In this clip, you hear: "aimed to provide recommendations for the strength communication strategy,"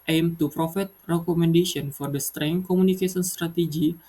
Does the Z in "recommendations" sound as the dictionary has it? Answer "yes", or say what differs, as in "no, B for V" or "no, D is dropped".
no, Z is dropped